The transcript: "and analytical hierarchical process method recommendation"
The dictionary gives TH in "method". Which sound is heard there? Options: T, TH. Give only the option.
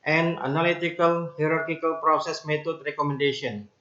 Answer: T